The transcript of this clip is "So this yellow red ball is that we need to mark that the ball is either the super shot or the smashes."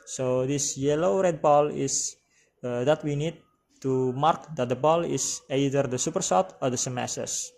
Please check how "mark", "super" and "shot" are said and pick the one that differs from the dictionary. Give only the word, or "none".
shot